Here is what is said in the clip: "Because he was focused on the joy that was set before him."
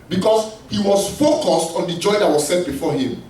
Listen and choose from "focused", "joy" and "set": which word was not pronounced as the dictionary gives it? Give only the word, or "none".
none